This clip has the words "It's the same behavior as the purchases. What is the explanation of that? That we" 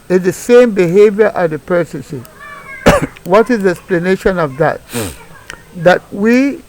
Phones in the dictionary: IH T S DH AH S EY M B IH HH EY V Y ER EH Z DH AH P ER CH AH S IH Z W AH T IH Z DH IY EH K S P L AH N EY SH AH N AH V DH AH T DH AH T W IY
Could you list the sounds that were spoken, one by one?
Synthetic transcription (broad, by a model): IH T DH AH S EY M B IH HH EY V Y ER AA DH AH P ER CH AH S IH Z W AH T IH Z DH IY EH K S P L AH N EY SH AH N AH V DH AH T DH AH T W IY